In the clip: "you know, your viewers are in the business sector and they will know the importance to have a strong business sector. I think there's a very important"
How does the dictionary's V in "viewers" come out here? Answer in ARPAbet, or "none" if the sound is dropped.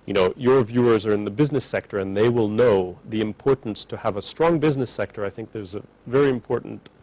V